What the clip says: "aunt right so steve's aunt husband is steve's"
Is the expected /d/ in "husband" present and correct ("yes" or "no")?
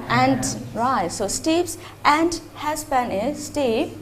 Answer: no